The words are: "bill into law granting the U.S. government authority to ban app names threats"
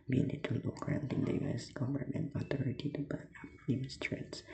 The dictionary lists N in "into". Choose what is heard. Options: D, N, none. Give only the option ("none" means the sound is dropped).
none